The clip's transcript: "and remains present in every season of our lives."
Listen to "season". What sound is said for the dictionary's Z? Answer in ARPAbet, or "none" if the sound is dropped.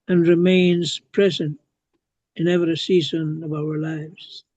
Z